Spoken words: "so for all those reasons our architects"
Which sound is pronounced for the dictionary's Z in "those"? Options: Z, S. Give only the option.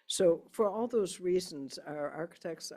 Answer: Z